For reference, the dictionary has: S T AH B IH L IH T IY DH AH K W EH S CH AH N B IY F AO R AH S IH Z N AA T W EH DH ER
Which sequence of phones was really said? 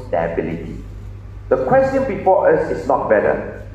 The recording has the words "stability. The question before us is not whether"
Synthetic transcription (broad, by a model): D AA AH B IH L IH T IY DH AH K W EH S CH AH N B IY F AO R AH S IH S N AA T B EH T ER